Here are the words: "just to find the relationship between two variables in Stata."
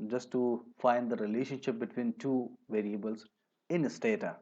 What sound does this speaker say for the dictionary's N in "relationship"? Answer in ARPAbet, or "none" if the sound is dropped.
N